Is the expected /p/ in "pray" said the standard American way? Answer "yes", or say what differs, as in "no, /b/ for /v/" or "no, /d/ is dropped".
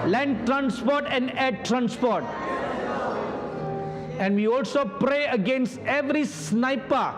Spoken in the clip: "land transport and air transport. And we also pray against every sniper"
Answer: yes